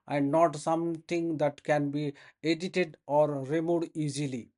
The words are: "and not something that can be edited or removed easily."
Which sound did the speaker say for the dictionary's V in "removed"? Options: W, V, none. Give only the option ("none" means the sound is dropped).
none